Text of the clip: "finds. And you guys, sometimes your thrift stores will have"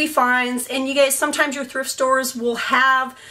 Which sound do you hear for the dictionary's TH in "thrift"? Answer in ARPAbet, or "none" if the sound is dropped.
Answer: TH